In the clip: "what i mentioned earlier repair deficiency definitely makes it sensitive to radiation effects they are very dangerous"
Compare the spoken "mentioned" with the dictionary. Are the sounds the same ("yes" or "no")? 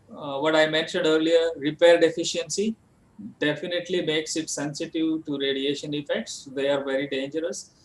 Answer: yes